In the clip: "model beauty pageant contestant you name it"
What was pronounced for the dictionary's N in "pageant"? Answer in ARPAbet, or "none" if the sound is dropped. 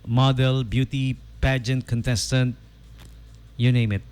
N